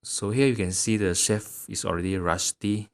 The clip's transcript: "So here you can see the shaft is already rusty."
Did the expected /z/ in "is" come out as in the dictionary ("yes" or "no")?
no